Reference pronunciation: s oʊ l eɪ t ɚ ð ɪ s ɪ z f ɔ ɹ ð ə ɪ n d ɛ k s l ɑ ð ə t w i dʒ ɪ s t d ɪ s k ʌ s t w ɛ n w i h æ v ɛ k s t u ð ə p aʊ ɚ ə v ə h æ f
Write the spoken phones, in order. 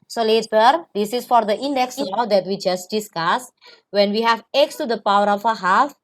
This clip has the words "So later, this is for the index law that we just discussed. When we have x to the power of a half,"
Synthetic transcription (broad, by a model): s oʊ l eɪ t ɚ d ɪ s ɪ s f ɔ ɹ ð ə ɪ n d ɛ k s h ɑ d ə t w i dʒ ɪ s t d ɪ s k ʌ s w ɛ n w i h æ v ɛ k s t u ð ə p aʊ ɚ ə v ə h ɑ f